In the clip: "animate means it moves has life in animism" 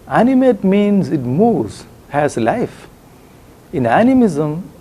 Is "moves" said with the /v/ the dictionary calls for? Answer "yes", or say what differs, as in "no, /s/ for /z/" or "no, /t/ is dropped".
no, /v/ is dropped